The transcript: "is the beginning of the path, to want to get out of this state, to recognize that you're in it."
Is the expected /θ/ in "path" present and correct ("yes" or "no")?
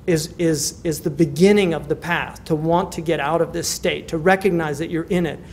no